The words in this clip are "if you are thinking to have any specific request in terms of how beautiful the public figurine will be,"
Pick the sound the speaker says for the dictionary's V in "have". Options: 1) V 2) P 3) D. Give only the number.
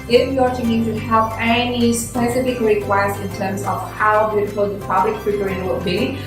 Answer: 2